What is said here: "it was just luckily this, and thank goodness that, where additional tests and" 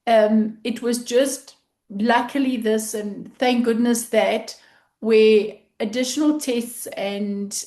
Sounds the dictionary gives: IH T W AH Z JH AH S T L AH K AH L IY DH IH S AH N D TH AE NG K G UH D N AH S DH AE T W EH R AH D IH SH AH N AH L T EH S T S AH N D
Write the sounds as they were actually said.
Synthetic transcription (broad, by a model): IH T W AH Z JH AH S T L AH K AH L IY DH IH S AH N TH AE NG K G UH D N AH S DH AE T W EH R AH D IH SH AH N AH L T EH S T S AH N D